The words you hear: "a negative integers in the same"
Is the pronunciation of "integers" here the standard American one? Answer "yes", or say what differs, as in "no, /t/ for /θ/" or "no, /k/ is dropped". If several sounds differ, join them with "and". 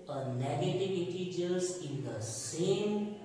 no, /n/ is dropped